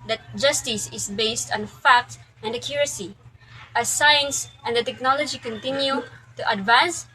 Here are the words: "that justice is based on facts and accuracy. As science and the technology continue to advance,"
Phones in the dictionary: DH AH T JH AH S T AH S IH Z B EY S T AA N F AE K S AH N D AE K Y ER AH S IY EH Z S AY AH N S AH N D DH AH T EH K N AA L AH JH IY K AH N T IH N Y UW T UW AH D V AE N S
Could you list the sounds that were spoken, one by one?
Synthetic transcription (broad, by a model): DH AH T JH AH S T AH S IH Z B EY S T AA N F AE K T AH N D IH K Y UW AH S IY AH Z S AY AH N S AH N D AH T EH K N AA L AH JH IY K AH N T IH N Y UW T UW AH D V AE N S